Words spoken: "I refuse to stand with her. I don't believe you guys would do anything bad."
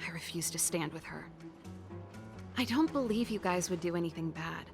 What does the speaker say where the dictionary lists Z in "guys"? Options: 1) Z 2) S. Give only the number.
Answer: 1